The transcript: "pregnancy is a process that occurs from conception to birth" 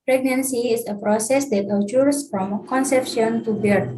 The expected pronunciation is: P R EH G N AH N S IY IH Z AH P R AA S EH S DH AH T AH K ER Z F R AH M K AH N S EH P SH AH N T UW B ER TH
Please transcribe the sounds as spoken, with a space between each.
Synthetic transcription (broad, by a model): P R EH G N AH N S IY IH S AH P R AA S EH S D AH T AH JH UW S F R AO M K AH N S EH P SH AH N T UW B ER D